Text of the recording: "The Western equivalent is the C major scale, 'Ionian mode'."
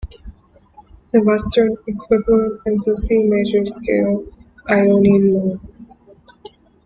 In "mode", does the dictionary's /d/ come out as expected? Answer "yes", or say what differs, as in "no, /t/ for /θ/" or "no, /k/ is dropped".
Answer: no, /d/ is dropped